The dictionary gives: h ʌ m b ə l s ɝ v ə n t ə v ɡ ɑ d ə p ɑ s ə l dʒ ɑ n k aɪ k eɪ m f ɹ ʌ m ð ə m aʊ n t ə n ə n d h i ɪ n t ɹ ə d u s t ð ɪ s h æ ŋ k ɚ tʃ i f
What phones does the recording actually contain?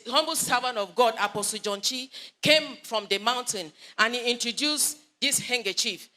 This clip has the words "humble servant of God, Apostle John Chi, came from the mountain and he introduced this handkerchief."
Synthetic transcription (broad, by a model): h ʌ m b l s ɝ v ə n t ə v ɡ ɑ d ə p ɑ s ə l dʒ ɑ n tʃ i k eɪ m f ɹ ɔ m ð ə m aʊ n t ə n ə n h i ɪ n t ɹ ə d u s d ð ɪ s h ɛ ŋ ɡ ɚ tʃ i f